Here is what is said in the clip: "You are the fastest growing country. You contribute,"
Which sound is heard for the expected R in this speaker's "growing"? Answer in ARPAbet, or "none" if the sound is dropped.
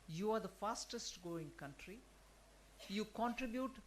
none